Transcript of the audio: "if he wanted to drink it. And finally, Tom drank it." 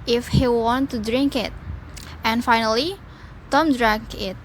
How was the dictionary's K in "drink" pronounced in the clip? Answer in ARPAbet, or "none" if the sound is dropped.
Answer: K